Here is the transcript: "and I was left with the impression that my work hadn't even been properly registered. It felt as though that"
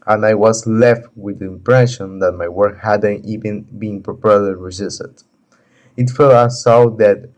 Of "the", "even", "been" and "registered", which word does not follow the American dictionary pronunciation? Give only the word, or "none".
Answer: registered